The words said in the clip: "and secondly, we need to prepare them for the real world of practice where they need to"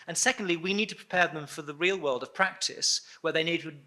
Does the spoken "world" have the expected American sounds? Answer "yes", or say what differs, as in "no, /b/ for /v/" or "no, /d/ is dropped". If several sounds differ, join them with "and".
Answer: yes